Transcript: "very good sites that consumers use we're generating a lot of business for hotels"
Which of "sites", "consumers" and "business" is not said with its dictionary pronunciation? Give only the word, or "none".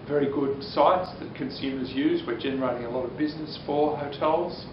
none